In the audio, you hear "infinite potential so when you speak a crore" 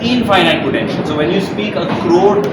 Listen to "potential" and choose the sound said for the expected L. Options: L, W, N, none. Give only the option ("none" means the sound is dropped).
N